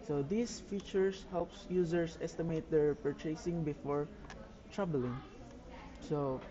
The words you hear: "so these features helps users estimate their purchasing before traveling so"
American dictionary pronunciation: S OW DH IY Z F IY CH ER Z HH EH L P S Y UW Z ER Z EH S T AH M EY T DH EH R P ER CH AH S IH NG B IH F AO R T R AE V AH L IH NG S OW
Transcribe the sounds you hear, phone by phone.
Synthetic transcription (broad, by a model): S OW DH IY S F IY CH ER S HH EH L P S Y UW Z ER S EH S T AH M EY T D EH R P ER CH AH S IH NG B IH F AO R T R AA B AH L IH NG S OW